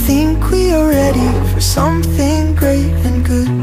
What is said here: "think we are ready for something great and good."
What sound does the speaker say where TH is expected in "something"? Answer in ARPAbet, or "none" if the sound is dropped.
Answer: TH